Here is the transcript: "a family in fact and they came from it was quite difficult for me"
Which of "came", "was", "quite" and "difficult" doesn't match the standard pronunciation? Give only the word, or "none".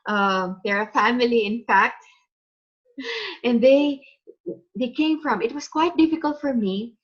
was